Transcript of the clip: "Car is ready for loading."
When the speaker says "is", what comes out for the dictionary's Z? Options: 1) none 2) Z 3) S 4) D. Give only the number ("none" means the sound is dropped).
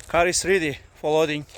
3